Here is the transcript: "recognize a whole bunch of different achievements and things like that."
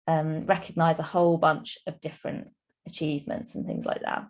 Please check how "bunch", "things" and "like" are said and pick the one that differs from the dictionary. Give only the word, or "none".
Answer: none